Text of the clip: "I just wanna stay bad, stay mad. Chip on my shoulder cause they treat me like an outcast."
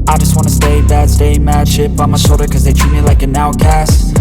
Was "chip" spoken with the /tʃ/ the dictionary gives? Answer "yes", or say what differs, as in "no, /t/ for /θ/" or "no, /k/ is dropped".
no, /ʃ/ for /tʃ/